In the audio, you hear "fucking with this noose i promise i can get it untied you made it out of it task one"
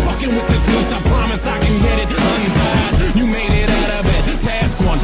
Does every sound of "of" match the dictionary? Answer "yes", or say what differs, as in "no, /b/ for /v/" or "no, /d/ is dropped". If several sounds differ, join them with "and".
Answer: no, /b/ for /v/